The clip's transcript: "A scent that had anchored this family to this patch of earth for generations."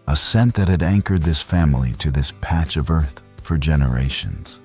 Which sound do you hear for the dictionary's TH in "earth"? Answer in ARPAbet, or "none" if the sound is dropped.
TH